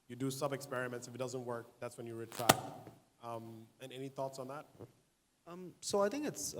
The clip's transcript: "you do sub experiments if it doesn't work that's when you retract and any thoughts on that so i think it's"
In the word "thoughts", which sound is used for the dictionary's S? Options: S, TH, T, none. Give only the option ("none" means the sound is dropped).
S